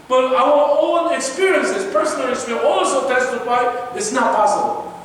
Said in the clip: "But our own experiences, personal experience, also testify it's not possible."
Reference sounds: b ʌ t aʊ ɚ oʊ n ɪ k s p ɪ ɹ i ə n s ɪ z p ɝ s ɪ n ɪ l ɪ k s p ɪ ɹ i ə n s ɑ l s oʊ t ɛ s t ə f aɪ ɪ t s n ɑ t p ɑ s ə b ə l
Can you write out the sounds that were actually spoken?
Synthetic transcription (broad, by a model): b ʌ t aʊ ɚ oʊ n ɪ k s p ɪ ɹ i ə n s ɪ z p ɝ s ɪ n ɪ l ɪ s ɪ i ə ɑ l s oʊ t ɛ s t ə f aɪ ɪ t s n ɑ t p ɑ s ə b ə l